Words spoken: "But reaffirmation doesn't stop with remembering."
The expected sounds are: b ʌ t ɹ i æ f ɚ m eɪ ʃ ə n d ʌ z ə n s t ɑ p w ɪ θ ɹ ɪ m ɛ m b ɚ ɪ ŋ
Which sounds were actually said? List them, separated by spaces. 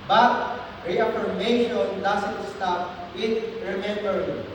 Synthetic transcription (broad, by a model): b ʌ t ɹ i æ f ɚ m eɪ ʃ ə n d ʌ s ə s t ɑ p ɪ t ɹ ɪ m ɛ m b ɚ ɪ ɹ